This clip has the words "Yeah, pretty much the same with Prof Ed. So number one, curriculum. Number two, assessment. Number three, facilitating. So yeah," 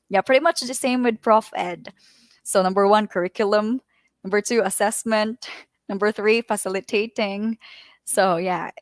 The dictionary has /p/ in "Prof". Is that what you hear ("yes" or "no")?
yes